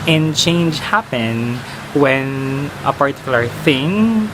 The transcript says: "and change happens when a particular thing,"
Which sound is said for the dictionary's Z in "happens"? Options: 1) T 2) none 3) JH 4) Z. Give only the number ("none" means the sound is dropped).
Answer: 2